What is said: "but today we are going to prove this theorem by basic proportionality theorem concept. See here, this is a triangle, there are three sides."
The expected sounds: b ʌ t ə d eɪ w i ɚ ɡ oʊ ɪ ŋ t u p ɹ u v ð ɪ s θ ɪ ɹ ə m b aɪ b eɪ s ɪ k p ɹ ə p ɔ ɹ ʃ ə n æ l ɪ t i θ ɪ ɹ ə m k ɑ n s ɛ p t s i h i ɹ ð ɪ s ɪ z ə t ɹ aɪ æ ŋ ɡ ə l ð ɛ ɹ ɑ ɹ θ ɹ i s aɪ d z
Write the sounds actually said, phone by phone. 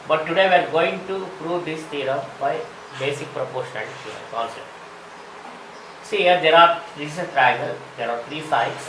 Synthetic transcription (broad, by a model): b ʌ t ə d eɪ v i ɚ ɡ oʊ ɪ ŋ t u p ɹ u v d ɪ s t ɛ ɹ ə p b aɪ b eɪ s ɪ k p ɹ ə p ɔ ɹ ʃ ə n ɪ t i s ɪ ə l k ɑ n s ɛ p t s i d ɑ ɹ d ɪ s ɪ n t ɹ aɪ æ ɡ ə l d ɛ ɹ ɑ ɹ t ɹ i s aɪ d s